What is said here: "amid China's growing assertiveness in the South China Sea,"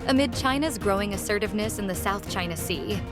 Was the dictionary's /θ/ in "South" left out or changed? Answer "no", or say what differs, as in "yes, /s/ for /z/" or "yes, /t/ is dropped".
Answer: no